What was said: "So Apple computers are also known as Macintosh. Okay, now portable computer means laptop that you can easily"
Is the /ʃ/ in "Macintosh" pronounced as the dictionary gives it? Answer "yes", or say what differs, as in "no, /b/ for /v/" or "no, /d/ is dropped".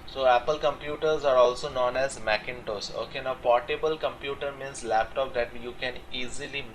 no, /s/ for /ʃ/